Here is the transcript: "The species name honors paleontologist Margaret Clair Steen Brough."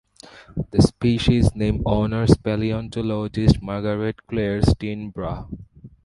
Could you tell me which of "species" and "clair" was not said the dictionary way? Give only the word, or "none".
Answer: none